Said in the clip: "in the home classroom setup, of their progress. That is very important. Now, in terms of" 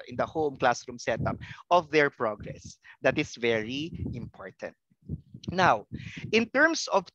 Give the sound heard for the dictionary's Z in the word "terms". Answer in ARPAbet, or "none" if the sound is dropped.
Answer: S